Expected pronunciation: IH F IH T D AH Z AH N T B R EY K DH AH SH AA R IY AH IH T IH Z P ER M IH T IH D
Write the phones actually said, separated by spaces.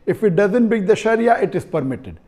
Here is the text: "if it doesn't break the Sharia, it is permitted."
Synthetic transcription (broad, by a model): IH F IH T D AH Z AH N T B EY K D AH SH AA R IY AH IH T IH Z P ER M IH T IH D